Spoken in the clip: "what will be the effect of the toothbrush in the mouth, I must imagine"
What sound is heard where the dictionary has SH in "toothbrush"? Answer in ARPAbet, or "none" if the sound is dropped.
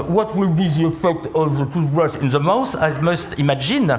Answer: S